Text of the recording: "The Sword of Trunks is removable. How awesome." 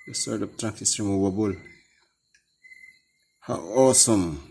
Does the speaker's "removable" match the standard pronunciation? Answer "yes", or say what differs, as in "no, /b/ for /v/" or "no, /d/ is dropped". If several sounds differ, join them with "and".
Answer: no, /b/ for /v/